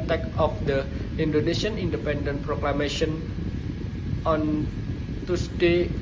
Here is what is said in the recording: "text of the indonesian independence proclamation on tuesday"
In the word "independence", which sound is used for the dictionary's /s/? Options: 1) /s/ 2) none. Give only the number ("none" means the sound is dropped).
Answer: 2